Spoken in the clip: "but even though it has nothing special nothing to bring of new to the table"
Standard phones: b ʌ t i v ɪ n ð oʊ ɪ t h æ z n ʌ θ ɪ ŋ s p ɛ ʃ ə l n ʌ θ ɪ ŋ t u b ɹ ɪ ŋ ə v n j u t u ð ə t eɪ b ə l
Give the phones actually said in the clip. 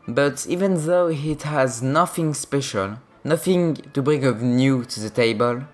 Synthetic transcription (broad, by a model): b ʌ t i v ɪ n ð oʊ ɪ t h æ z n ʌ θ ɪ ŋ s p ɛ ʃ ə l n ʌ θ ɪ ŋ t u b ɹ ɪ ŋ ə v n j u t u ð ə t eɪ b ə l